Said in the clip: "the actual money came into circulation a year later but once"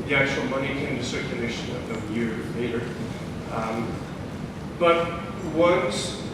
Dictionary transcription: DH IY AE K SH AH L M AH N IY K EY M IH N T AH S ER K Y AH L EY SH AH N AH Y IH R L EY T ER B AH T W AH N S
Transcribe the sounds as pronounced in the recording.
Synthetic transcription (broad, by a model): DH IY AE K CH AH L M AH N IY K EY IH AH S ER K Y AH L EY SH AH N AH Y IH R L EY T ER B AH T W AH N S